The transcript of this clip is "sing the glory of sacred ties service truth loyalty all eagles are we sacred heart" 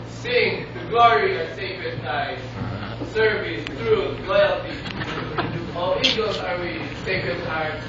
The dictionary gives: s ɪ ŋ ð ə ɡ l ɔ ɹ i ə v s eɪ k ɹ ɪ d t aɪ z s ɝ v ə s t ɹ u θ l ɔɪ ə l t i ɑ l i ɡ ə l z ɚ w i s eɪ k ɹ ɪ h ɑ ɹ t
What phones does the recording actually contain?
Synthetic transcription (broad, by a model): s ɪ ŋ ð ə ɡ l ɔ ɹ i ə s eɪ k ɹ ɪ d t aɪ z s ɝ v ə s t ɹ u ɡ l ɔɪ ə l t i ɑ l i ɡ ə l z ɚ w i s eɪ k ɹ ɪ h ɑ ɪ